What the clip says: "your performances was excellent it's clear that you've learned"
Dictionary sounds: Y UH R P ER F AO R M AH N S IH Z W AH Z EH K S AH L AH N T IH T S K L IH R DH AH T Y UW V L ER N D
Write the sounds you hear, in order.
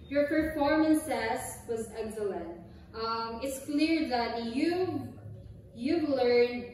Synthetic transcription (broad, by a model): Y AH R P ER F AO R M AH N S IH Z W AH Z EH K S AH L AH N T IH T S K L IH R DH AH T Y UW V L ER N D